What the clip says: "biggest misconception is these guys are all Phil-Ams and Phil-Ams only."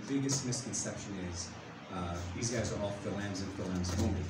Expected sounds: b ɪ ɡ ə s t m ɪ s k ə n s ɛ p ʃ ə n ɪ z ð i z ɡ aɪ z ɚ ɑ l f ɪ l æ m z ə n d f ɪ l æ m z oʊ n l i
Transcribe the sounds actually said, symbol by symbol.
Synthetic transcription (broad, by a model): b ɪ ɡ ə s t m ɪ s k ə n s ɛ p ʃ ə n ɪ z ð i z ɡ aɪ z ɚ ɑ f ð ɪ l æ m z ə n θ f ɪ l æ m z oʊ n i